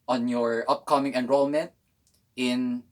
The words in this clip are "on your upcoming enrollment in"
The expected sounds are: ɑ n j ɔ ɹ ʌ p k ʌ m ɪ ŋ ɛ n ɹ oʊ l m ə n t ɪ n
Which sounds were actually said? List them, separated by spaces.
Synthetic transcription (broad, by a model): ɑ n j ɔ ɹ ʌ p k ʌ m ɪ ŋ ɛ n ɹ oʊ l m ə n t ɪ n